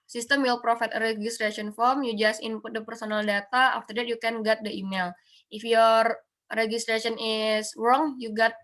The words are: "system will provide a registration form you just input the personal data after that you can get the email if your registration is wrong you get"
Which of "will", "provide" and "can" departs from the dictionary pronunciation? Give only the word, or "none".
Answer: provide